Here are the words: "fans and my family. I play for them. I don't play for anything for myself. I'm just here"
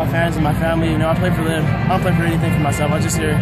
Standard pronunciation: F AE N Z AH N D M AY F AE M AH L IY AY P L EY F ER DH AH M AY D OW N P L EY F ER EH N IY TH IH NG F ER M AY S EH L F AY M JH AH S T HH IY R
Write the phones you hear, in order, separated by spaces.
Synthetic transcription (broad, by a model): F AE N Z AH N M AY F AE M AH N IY AY P L EY F ER DH AH M AY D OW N P L EY F ER EH N IY TH IH NG F ER M AY S EH L F AY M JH AH S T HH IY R